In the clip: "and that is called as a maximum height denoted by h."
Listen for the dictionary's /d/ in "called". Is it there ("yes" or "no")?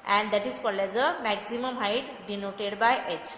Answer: no